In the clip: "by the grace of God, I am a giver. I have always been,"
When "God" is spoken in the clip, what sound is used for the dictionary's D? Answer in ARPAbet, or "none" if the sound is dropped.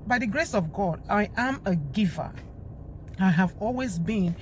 D